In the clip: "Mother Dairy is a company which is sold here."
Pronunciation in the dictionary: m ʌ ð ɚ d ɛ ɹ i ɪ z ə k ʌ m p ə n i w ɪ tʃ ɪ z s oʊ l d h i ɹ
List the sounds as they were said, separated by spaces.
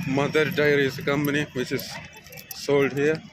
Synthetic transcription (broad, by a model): m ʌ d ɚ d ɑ i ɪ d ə k ʌ m p ə n i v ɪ tʃ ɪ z s oʊ l d h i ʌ